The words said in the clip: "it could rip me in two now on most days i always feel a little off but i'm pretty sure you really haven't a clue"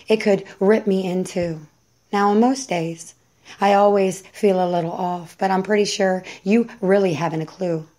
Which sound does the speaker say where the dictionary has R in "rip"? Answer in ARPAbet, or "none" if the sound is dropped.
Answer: R